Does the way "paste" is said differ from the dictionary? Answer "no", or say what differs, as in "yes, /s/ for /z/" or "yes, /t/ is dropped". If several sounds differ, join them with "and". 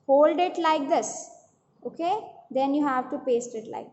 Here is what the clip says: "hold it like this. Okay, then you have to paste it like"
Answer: no